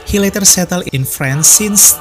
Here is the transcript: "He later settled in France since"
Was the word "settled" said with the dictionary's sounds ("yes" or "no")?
no